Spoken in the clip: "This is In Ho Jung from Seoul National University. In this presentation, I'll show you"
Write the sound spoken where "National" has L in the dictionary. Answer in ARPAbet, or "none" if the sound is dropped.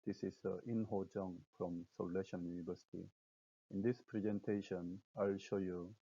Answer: N